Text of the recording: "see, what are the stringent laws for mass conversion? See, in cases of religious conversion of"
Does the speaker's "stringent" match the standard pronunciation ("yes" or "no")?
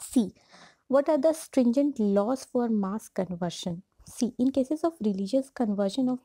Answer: yes